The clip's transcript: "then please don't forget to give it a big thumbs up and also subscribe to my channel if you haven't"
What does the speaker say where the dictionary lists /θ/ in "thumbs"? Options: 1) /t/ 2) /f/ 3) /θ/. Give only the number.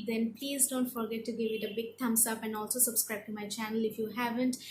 1